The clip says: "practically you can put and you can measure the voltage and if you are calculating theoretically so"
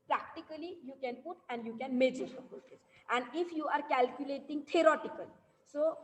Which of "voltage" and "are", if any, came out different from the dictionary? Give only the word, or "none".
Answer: voltage